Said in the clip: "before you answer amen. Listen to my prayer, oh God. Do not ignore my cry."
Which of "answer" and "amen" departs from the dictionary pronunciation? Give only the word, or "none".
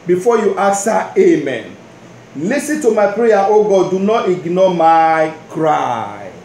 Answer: answer